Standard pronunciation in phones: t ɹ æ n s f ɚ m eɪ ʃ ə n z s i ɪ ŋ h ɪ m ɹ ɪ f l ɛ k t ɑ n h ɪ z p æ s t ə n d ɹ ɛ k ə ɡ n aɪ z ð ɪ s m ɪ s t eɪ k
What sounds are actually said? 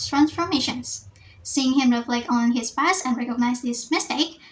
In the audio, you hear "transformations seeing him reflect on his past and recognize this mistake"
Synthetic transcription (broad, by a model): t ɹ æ n s f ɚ m eɪ ʃ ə n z s i ɪ ŋ h ɪ m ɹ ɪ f l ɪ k ɑ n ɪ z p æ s ə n ɹ ɛ k ə ɡ n aɪ z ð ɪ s m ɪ s t eɪ k